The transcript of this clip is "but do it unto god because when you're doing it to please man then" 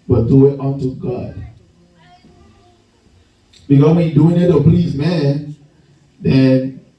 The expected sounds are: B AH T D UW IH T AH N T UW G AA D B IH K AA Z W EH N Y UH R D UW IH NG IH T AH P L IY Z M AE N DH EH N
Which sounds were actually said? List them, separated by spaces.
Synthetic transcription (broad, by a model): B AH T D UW IH T AH N T UW G AA D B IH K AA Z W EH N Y D UW IH NG IH T AH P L IY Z M AE N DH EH N